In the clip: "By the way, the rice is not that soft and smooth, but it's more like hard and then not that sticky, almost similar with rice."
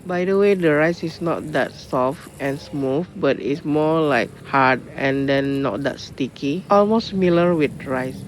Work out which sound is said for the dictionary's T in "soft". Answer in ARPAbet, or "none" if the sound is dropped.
T